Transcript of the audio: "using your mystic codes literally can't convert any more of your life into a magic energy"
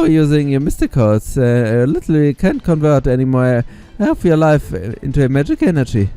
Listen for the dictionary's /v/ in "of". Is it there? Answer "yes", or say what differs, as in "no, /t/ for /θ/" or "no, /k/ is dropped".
no, /p/ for /v/